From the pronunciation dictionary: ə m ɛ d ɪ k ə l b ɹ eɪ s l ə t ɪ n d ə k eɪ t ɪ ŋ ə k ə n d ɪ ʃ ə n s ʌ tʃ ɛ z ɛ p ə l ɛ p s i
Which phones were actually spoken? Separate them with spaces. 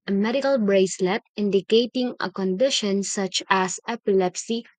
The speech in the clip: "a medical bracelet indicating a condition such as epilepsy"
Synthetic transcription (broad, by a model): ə m ɛ d ɪ k ə l b ɹ eɪ s l ə t ɪ n d ə k eɪ t ɪ ŋ ə k ə n d ɪ ʃ ə n s ʌ tʃ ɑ s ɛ p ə l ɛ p s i